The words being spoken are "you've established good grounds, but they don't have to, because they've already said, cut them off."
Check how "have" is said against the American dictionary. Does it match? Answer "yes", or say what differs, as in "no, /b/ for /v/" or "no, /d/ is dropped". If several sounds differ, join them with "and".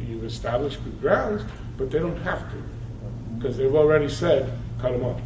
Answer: no, /f/ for /v/